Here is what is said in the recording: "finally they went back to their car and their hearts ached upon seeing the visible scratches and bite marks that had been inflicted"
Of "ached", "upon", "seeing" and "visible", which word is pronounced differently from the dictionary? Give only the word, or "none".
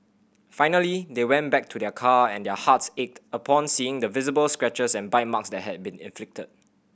none